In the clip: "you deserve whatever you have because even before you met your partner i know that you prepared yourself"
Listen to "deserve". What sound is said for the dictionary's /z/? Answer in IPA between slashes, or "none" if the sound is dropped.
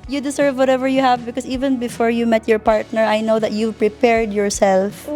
/s/